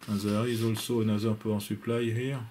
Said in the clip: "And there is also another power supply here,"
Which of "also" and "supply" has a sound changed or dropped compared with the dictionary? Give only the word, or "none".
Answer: none